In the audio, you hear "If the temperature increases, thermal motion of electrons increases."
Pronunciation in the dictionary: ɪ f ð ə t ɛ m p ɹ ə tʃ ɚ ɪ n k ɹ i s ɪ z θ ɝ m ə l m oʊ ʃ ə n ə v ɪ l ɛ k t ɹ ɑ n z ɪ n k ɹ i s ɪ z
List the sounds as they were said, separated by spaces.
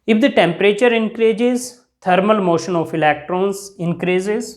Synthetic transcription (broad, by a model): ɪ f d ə t ɛ m p ɹ ə tʃ ɚ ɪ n k ɹ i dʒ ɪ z t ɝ m ə l m oʊ ʃ ə n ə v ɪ l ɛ k t ɹ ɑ n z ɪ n k ɹ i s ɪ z